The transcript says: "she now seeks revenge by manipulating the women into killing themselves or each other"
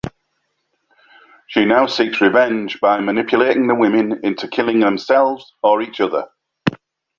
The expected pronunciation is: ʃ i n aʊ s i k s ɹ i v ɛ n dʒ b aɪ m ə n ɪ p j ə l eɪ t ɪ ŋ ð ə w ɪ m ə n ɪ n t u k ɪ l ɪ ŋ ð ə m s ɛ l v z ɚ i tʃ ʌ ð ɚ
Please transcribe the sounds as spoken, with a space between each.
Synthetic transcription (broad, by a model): ʃ i n aʊ s i k s ɹ i v ɛ n dʒ b aɪ m ə n ɪ p j ə l eɪ t ɪ ŋ ð ə w ɪ m ə n ɪ n t u k ɪ l ɪ ŋ ð ə m s ɛ l v z ɚ i tʃ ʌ ð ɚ